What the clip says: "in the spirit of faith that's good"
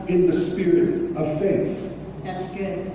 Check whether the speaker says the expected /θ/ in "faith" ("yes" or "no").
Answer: yes